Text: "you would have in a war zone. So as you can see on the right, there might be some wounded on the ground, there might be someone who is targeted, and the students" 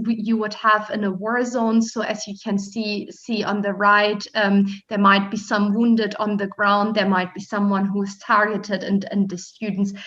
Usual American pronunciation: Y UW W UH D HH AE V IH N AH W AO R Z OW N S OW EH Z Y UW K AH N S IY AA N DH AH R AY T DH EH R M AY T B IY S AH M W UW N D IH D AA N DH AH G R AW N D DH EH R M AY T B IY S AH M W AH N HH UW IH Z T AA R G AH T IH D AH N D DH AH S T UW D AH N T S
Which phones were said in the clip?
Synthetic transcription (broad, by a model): Y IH W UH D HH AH V IH N AH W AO R Z OW N S OW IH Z Y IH K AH N S IY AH N DH AH R AY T DH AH R M AY T B IY S AH M W UW N D IH D N DH AH G R AW N D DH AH R M AY T B IY S AH M W AH N HH UW IH Z T AA R G AH T IH D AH N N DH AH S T UW D N T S